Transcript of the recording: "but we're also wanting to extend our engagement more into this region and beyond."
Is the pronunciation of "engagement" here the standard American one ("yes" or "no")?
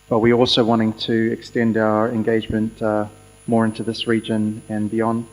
yes